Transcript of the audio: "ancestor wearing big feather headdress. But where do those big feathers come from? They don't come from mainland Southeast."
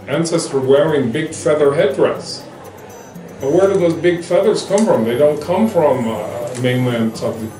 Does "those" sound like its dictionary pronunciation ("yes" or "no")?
yes